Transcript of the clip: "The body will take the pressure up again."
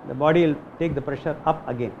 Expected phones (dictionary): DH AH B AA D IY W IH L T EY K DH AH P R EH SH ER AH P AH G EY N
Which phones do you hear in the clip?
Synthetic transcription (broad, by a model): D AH B AA D IY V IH L T EY K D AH P R EH SH ER AH P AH G EY N